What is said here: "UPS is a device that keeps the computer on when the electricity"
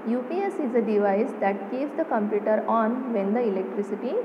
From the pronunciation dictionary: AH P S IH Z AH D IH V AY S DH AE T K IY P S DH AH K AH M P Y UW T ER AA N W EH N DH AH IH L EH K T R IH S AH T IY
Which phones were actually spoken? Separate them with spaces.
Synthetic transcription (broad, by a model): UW P S IH Z AH D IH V AY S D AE T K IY S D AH K AH M P Y UW T ER AA N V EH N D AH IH L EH K T R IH S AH T IY